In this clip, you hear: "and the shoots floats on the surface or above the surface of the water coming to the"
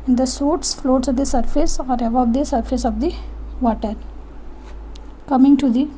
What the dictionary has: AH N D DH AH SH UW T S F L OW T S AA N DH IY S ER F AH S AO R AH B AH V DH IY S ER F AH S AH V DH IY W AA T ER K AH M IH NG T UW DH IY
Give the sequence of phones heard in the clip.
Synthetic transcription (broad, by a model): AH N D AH S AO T S F L OW T S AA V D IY S ER F AH S AO R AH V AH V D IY S ER F AH S AH V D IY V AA T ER K AH M IH NG T UW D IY